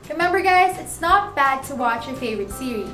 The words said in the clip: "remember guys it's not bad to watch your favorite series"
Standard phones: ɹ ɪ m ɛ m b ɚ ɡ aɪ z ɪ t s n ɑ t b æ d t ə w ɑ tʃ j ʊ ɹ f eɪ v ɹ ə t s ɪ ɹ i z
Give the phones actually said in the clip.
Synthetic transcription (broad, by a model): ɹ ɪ m ɛ m b ɚ ɡ aɪ z ɪ t s n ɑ t b æ d t ə w ɑ tʃ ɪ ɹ f eɪ v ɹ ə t s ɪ ɹ i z